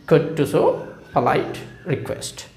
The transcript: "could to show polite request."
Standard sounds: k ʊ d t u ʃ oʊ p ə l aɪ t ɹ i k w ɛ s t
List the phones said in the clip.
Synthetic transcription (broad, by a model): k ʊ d t u s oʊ p ə l aɪ t ɹ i k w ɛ s t